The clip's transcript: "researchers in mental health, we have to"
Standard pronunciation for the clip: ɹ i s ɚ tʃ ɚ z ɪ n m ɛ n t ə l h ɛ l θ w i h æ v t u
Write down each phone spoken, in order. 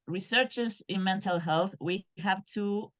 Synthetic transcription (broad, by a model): ɹ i s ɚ tʃ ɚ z ɪ n m ɛ n t ə l h ɛ l θ w i h æ v t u